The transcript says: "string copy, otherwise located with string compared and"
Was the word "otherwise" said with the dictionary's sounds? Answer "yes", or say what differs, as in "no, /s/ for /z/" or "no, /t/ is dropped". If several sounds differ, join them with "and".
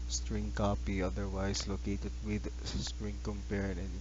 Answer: no, /s/ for /z/